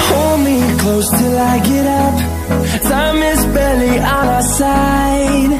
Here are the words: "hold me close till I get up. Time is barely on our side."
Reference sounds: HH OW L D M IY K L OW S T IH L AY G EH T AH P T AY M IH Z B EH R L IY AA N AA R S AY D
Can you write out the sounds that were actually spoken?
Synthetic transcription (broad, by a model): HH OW L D M IY K L OW S T IH L AY G EH T AH P S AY M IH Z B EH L IY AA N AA S AY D